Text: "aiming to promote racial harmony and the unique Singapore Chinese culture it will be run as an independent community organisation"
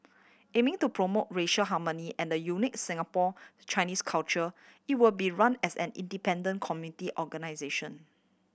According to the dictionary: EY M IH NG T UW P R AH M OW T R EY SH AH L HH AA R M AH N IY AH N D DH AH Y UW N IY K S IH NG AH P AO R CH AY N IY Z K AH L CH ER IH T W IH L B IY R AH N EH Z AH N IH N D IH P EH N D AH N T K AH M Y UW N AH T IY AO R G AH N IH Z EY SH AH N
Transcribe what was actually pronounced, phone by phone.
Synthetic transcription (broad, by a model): EY M IH NG T UW P R AH M OW T R EY SH AH L HH AA M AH N IY AH N D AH Y UW N IY K S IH NG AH P AO CH AY N IY S K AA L CH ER IH T W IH L B IY R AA N EH S AH N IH N D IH P EH N D AH N K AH M Y UW N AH T IY AO G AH N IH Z EY SH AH N